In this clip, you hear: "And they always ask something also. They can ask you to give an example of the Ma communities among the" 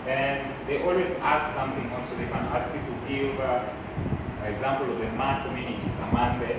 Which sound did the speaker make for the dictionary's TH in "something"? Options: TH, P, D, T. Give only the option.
TH